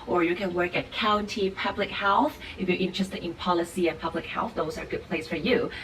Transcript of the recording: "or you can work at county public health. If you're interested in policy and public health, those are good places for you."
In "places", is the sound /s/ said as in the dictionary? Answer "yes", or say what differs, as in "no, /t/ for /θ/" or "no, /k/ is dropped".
no, /s/ is dropped